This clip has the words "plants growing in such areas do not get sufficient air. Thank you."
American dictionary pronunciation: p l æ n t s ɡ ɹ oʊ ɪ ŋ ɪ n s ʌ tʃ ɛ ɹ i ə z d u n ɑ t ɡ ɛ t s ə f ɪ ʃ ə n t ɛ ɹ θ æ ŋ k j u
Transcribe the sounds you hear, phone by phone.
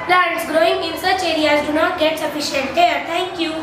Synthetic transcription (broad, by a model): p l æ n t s ɡ ɹ oʊ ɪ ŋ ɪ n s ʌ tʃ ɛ ɹ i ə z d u n ɑ t ɡ ɛ t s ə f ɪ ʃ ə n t ɛ ɹ t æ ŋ k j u